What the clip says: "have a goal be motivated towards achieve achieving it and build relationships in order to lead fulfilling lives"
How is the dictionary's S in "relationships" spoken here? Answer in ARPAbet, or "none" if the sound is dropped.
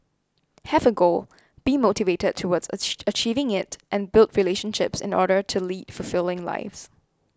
S